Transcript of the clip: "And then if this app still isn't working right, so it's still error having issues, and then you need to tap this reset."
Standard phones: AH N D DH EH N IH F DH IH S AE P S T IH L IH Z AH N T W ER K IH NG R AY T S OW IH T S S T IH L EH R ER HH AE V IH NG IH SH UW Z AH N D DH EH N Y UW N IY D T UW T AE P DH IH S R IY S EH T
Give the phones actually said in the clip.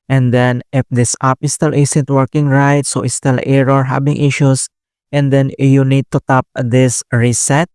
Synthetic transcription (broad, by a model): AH N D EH N IH F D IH S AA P S T IH L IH S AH N T W ER K IH NG R AY T S OW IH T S S T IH L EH R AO HH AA B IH NG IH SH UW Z AH N D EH N Y UW N IY D T UW T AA P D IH S R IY S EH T